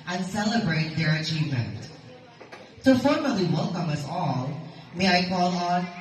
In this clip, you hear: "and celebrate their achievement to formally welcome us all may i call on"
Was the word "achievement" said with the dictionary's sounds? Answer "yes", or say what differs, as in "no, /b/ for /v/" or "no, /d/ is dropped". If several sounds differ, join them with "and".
yes